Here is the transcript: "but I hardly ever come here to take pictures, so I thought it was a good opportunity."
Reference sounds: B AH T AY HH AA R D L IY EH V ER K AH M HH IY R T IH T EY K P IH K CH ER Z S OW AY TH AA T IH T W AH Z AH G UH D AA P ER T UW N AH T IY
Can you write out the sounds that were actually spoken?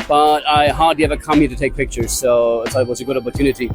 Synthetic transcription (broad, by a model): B AH T AY HH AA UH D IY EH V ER K AH M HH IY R T IH T EY K P IH K CH ER Z S OW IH S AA IH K W AH Z AH G UH D AA P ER T UW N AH T IY